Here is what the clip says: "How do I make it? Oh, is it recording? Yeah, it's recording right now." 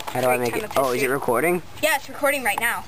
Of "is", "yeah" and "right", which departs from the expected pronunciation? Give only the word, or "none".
none